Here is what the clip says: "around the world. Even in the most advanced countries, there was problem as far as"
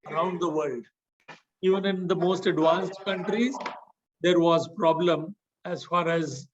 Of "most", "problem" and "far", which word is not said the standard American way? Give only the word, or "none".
none